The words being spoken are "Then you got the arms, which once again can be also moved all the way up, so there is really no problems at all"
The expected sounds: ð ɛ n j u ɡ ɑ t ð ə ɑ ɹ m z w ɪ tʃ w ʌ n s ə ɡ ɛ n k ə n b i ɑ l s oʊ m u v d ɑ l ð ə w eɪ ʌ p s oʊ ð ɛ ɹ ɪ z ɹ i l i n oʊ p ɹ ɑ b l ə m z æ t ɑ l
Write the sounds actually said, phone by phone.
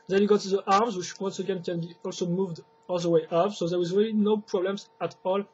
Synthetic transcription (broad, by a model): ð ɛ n j u ɡ ɑ t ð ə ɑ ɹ m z w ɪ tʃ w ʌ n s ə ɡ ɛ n k ə n b i ɑ l s oʊ m u v d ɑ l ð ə w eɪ ʌ p s oʊ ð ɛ w ɪ z ɹ i l i n oʊ p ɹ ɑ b l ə m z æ t ɑ l